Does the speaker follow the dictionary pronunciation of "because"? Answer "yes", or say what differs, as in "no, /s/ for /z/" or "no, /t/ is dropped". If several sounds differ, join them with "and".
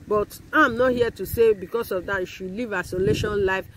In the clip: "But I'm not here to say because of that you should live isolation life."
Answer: no, /s/ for /z/